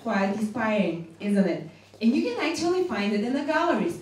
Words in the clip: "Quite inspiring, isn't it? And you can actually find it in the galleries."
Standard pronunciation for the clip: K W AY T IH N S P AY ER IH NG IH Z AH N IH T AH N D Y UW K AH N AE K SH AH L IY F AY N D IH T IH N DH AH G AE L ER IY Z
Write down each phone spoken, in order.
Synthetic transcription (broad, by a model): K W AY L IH S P AY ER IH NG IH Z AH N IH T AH N Y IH K AH N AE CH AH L IY F AY N D IH T IH N DH AH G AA L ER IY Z